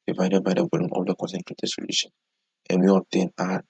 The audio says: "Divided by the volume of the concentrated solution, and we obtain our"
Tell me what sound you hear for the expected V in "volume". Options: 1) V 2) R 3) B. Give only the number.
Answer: 3